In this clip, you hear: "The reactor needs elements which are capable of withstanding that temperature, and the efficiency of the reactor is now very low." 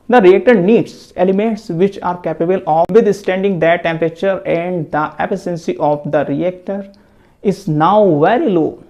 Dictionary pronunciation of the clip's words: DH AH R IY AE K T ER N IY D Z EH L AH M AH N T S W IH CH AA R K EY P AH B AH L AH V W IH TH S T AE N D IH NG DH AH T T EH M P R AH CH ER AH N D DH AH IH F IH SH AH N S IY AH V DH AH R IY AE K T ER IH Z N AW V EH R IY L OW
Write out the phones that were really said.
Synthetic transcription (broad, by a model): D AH R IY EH K T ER N IY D S EH L AH M AH N T S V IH CH AA R K EY P AH B AH L AH V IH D S T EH N D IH NG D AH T T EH M P R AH CH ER AH N D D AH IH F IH S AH N S IY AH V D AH R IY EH K T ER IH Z N AW V EH R IY L OW